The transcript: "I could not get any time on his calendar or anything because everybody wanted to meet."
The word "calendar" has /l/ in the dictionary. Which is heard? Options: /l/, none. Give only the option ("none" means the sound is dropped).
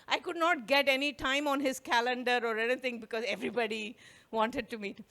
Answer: /l/